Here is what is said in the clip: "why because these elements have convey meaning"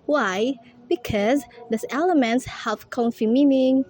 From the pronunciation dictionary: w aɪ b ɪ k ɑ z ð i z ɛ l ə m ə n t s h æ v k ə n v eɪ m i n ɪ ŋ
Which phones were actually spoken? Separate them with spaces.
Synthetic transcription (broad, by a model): w aɪ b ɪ k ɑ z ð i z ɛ l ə m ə n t s h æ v k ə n f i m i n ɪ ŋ